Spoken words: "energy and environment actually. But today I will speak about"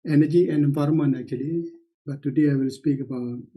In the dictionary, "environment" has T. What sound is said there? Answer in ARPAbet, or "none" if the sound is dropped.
none